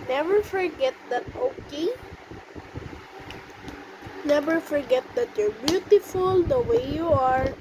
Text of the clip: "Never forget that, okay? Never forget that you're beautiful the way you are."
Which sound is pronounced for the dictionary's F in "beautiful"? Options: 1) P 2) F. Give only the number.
2